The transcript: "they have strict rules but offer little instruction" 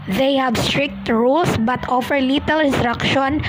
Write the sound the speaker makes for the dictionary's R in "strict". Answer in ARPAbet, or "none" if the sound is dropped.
R